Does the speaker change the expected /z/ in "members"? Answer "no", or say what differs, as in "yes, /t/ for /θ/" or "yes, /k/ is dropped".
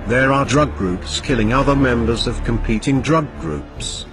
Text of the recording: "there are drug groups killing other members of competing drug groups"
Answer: no